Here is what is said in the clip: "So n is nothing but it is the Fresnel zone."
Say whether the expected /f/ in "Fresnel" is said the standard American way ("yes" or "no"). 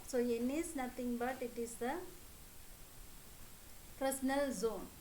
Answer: no